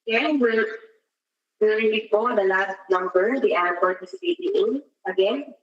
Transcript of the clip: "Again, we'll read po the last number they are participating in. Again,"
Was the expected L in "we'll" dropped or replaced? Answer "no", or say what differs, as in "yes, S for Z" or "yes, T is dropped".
yes, W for L